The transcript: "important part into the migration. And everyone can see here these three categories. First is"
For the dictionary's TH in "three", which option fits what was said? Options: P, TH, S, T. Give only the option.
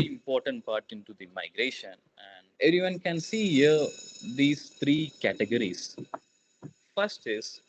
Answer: T